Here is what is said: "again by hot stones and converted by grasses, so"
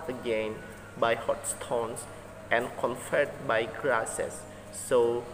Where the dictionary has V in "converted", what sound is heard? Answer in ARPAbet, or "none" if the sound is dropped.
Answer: F